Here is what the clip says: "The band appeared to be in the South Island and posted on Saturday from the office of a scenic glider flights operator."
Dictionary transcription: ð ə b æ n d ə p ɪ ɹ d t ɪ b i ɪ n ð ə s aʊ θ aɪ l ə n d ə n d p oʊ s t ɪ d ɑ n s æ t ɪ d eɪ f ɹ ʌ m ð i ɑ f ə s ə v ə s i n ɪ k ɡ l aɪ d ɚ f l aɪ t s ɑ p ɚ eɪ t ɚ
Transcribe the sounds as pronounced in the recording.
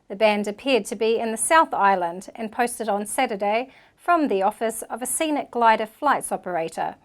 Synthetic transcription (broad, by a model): ð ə b æ n d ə p ɪ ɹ d t ɪ b i ɪ n ð ə s aʊ θ aɪ l ə n d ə n p oʊ s t ɪ d n s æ t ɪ d eɪ f ɹ ʌ m ð i ɑ f ə s ə v ə s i n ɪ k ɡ l aɪ d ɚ f l aɪ t s ɑ p ɚ eɪ t ɚ